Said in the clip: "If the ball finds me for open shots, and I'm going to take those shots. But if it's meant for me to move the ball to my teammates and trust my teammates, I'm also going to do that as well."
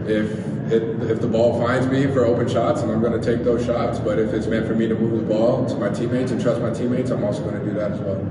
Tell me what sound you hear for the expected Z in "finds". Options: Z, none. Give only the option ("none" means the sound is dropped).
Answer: Z